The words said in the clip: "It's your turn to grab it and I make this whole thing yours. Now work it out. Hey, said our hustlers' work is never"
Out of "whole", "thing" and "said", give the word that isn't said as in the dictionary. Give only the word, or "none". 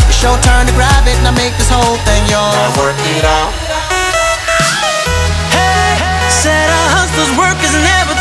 none